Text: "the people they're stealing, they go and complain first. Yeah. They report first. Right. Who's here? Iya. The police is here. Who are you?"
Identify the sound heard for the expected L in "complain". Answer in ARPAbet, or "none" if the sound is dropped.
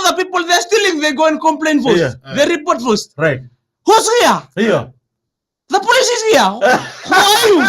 L